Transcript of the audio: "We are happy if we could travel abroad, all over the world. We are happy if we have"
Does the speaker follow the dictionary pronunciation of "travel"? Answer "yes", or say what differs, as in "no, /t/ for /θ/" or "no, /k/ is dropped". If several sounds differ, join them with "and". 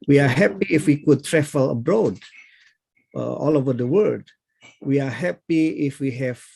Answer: no, /f/ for /v/